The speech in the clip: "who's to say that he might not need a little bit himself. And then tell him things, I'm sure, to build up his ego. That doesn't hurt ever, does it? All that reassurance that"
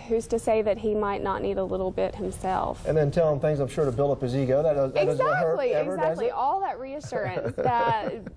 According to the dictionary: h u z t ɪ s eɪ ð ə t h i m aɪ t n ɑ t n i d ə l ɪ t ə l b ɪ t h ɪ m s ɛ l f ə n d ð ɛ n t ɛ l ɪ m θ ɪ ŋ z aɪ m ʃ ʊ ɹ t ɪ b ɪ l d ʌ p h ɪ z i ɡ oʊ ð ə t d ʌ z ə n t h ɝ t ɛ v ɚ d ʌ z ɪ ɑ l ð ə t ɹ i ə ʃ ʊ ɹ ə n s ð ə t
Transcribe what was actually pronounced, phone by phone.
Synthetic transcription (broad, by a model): h u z t ɪ s eɪ ð ə t h i m aɪ t n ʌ t n i d ə l ɪ t l b ɪ t h ɪ m s ɛ l f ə n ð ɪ n t ɛ l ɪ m θ ɪ ŋ z aɪ m ʃ ʊ ɹ t ɪ b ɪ l ʌ p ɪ z i ɡ oʊ ð ə t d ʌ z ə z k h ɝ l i ɚ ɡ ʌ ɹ ɪ ɑ l ð ə t ɹ i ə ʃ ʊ ɹ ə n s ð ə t